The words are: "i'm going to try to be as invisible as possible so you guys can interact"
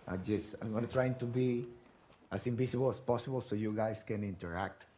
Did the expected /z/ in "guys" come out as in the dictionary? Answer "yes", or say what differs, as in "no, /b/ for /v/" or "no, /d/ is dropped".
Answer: no, /s/ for /z/